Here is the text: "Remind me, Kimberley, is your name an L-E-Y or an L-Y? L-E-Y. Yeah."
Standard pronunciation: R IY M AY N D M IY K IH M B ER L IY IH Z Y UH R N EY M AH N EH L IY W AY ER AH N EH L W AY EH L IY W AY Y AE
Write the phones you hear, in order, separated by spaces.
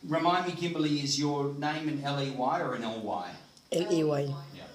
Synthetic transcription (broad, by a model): R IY M AY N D M IY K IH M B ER L IY IH Z Y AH R N EY M AH N EH L IY W AY ER AH N EH L W AY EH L IY W AY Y